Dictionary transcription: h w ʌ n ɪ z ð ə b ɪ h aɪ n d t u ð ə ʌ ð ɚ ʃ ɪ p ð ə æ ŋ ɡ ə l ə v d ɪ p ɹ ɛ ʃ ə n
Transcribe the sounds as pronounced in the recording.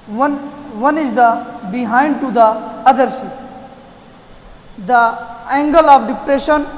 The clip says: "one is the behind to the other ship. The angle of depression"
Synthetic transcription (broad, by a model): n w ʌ n ɪ z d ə b ɪ h aɪ n d t u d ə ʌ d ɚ s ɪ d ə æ ŋ ɡ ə l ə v d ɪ p ɹ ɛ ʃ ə n